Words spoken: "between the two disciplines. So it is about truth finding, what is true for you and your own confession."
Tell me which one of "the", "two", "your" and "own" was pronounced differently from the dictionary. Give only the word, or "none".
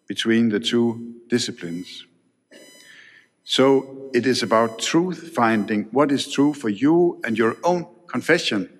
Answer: none